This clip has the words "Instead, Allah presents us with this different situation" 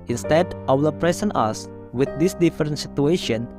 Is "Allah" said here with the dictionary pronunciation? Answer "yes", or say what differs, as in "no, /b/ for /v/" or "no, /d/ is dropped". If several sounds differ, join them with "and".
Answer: no, /w/ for /l/